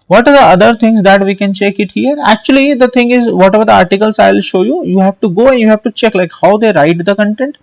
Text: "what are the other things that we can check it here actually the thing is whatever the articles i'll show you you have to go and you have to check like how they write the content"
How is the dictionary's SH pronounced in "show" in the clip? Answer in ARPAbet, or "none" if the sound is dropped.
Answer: SH